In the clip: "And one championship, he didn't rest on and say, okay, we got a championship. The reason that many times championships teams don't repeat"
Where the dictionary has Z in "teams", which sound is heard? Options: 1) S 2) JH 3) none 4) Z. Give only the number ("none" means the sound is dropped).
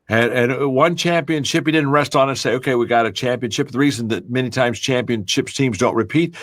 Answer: 4